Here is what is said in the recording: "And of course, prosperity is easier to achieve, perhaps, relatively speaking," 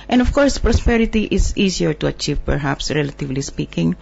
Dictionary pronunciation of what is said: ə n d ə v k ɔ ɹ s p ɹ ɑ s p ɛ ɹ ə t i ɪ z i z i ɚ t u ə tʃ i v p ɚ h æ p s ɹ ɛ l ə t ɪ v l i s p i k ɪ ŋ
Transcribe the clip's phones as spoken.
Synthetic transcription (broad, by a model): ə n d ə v k ɔ ɹ s p ɹ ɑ s p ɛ ɹ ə t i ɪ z i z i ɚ t u ə tʃ i v p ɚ h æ p s ɹ ɛ l ə t ɪ v l i s p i k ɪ ŋ